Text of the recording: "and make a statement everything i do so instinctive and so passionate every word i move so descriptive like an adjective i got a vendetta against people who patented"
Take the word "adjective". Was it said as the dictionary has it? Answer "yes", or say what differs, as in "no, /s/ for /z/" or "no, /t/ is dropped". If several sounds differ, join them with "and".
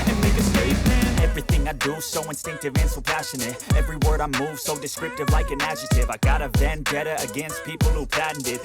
no, /k/ is dropped